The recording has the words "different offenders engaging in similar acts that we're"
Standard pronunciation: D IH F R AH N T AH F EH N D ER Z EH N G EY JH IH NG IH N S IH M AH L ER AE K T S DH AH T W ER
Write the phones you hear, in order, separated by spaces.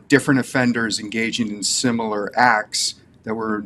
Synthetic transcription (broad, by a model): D IH F R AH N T AH F EH N D ER Z EH N G EY JH IH NG IH N S IH M L ER AE K T S DH AH T W ER